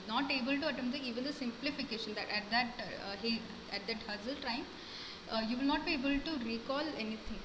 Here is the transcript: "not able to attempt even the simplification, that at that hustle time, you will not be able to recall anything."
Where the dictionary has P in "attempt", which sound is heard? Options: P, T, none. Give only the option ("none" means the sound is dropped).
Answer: none